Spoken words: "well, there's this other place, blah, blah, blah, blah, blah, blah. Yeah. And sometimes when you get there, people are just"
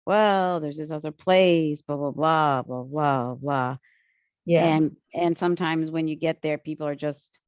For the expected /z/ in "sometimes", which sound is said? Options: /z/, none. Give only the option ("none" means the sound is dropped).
/z/